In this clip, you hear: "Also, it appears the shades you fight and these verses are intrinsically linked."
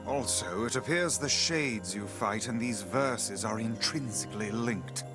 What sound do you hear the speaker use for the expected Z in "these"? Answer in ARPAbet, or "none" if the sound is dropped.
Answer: Z